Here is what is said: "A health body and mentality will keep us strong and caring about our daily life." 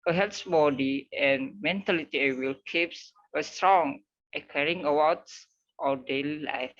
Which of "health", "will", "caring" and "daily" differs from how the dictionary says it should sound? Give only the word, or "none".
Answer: health